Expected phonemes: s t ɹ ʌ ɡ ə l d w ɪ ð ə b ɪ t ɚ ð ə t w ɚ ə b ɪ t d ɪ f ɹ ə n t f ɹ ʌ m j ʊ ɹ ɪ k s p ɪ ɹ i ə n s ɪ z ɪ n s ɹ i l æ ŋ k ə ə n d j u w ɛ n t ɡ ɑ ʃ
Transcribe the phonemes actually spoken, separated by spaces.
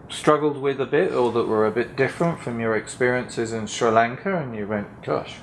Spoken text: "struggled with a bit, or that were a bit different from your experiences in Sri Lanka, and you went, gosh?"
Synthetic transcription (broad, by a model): s t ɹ ʌ ɡ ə l d w ɪ ð ə b ɪ t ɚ ð ə t w ɚ ə b ɪ t d ɪ f ɹ ə n t f ɹ ʌ m j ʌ ɹ ɪ k s p ɪ ɹ i ə n s ɪ z ɪ n s ɹ i l æ ŋ k ə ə n j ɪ w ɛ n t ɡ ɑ ʃ